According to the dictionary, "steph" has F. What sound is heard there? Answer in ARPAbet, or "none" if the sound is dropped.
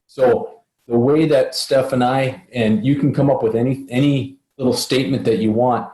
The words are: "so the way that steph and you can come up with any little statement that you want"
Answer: F